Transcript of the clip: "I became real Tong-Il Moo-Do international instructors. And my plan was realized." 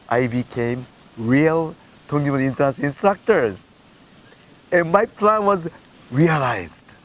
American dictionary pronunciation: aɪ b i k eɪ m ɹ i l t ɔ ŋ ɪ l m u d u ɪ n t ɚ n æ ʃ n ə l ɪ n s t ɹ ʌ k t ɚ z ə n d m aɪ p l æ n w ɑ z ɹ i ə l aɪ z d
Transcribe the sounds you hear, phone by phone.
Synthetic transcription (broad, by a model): aɪ b i k eɪ m ɹ i l t ɔ ŋ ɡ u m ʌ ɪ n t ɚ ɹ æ n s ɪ n s t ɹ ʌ k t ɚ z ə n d m aɪ p l æ n w ɑ z ɹ i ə l aɪ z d